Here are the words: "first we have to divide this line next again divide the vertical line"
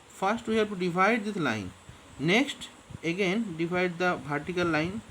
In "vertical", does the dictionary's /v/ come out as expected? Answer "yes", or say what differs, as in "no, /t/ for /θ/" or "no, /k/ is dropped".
no, /b/ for /v/